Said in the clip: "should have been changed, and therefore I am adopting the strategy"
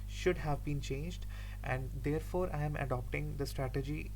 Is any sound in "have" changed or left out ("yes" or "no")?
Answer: no